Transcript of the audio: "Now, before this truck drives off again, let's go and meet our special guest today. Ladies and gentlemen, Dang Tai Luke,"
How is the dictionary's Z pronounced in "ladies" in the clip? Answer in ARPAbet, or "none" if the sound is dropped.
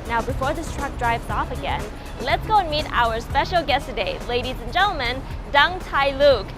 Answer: Z